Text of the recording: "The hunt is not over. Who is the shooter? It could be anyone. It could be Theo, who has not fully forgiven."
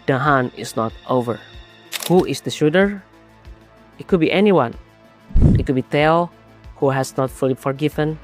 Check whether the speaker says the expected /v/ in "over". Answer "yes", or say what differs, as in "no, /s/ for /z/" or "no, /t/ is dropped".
yes